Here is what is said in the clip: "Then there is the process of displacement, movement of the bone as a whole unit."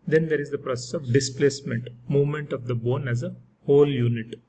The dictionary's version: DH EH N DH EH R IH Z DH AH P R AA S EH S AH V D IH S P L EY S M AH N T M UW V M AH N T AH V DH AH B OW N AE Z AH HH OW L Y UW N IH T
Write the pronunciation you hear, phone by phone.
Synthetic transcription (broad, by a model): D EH N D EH R IH Z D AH P R AA S EH S AH V D IH S P L EY S M AH N T M UW V M AH N T AH V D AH B OW N AE Z AH HH OW L Y UW N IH T